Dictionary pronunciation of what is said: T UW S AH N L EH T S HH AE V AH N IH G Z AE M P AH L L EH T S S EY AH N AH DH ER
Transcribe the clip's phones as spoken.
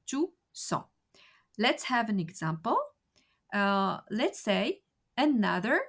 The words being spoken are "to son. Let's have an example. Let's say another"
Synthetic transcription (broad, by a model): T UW S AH L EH T S HH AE V AH N IH G Z AE M P AH L L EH T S S EY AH N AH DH ER